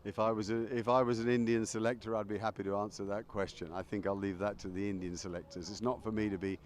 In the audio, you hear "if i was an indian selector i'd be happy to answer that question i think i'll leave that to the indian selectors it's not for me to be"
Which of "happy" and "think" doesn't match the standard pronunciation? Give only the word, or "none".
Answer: none